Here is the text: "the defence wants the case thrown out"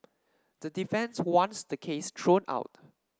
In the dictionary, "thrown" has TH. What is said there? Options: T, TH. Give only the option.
T